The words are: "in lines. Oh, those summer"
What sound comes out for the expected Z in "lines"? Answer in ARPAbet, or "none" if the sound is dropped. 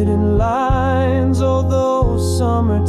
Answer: Z